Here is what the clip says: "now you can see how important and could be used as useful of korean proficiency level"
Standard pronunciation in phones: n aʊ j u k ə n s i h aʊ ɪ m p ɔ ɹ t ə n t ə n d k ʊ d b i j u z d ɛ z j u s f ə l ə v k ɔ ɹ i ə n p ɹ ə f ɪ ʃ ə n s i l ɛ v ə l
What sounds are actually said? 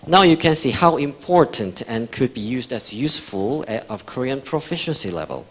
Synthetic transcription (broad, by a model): n aʊ j u k ə n s i h aʊ ɪ m p ɔ ɹ t ə n t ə n k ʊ d b i j u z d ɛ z j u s f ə l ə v k ɔ ɹ i ə n p ɹ ə f ɪ ʃ ə n s i l ɛ v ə l